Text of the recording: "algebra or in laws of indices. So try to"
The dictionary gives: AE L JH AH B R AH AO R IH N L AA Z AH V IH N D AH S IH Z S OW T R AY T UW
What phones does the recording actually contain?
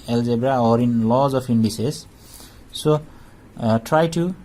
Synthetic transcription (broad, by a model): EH L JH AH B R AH AO R IH N L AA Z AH P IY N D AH S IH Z S OW T R AY T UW